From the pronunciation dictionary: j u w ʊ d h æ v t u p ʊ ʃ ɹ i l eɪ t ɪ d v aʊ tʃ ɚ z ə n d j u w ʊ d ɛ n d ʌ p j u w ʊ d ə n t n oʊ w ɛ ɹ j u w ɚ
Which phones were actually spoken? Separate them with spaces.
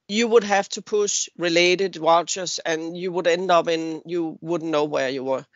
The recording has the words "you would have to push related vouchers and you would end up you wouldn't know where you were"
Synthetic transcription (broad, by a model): j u w ʊ d h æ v t u p ʊ ʃ ɹ i l eɪ t ɪ d w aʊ tʃ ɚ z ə n j u w ʊ d ɛ n d ʌ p j u w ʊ d n n oʊ w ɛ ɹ j u w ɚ